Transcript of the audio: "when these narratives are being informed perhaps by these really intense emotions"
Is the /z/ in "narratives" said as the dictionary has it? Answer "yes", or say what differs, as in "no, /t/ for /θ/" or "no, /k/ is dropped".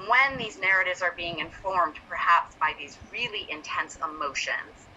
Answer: yes